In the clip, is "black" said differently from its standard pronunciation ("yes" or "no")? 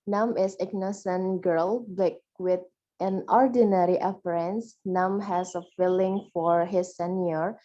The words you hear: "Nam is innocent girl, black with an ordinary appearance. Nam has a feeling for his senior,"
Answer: yes